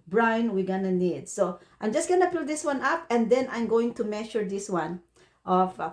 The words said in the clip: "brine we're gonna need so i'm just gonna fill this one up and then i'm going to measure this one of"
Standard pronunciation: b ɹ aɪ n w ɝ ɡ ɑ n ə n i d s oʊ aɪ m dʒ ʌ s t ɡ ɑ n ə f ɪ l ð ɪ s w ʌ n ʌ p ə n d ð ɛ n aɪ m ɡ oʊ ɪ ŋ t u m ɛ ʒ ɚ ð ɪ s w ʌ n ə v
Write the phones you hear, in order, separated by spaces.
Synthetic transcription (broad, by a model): b ɹ aɪ n w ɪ ɡ ɑ n ə n i d s oʊ aɪ m dʒ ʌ s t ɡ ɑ n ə p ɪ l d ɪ s w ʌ n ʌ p ə n d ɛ n aɪ m ɡ oʊ ɪ ŋ t u m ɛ ʃ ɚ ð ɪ s w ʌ n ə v